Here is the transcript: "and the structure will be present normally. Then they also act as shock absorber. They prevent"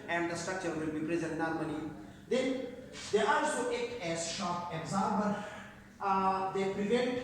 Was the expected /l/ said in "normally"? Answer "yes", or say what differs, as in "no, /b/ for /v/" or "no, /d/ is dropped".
no, /n/ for /l/